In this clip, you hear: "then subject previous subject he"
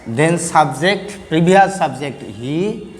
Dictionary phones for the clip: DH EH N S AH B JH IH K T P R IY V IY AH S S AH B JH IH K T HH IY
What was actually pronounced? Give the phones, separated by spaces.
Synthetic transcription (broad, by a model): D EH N S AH B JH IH K T P R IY B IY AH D S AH B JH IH K T HH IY